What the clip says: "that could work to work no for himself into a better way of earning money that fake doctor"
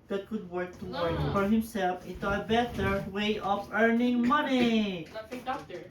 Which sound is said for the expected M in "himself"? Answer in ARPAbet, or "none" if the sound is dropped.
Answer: M